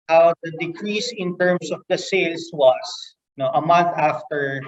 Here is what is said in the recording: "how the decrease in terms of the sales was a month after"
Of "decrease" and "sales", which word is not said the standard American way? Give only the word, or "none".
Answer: sales